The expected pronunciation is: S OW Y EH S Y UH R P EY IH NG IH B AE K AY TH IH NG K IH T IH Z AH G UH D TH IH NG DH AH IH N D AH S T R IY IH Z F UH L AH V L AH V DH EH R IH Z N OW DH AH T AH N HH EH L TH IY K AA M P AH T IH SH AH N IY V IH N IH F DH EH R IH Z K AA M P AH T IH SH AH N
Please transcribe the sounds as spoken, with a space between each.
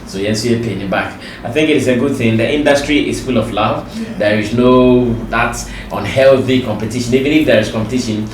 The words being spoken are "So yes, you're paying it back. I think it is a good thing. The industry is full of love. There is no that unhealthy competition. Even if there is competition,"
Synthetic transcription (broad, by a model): S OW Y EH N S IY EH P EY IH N IH B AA K AY TH IH NG K IH T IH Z AH G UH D TH IH NG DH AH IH N D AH S T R IY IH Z F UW L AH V L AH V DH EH R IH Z N OW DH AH T AH N HH EH L TH IY K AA M P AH T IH SH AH N IY V IH N IH F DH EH R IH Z K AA M P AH T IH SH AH N